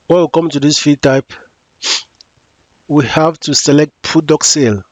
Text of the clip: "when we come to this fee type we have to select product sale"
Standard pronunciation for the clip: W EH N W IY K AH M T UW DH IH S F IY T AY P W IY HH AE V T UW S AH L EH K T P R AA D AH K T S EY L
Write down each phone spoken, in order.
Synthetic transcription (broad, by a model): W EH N W IY K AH M T UW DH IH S F IY T AY P W IY HH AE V T UW S AH L EH K T P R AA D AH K S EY L